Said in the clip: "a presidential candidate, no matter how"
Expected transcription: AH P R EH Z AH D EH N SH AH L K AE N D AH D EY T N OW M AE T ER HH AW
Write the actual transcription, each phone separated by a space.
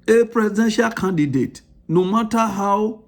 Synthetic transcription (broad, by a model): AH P R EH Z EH SH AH K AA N D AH D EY T N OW M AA T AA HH AW